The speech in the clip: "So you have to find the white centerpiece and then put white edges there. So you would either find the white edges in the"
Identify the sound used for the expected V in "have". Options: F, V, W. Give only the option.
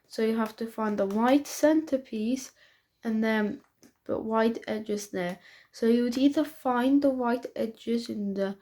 F